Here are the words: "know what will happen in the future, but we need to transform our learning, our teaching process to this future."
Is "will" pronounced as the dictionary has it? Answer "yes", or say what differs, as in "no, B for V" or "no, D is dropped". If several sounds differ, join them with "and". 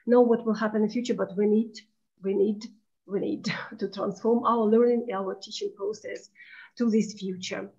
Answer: yes